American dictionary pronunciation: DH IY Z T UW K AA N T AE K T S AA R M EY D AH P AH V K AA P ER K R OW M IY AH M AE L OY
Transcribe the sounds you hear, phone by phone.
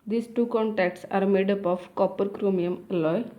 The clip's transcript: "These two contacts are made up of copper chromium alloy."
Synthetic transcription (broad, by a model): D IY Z T UW K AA N T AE K T S AA R M EY D AH P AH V K AA P ER K R OW M IY AH M L OY